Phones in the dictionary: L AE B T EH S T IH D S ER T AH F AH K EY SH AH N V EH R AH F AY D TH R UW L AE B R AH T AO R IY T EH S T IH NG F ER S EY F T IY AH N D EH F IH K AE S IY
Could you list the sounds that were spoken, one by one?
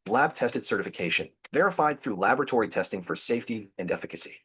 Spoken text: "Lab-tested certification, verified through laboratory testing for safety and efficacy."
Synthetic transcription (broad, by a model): L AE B T EH S T IH D S ER T AH F AH K EY SH AH N V EH R AH F AY D TH R UW L AE B R AH T AO R IY T EH S T IH NG F ER S EY F T IY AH N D EH F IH K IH S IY